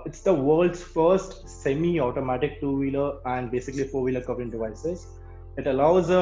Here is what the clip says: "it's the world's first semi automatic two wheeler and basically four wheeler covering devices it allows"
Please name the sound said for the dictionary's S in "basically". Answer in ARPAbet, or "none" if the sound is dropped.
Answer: S